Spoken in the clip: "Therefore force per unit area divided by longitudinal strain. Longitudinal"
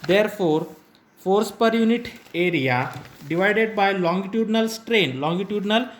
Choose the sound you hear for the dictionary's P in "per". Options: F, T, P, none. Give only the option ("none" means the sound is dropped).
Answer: P